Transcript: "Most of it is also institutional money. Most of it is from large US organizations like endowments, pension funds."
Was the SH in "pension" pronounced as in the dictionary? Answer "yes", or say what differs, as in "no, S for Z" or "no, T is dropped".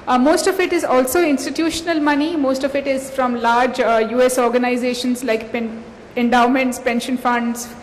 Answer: yes